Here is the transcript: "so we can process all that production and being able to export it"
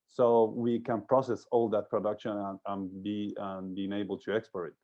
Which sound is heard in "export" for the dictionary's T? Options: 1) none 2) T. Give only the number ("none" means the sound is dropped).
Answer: 1